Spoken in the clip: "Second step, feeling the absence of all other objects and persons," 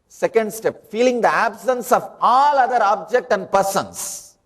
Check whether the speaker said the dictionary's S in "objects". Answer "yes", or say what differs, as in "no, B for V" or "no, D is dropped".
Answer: no, S is dropped